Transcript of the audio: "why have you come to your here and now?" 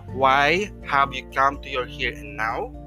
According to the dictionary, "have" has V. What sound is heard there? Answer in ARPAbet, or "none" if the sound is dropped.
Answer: W